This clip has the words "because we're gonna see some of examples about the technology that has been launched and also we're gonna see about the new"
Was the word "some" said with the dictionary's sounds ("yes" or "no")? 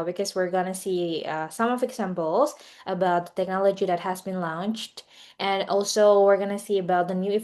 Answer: yes